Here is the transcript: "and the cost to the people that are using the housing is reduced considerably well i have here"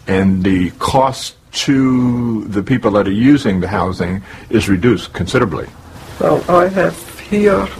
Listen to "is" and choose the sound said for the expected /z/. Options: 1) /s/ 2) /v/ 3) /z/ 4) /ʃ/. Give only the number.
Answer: 3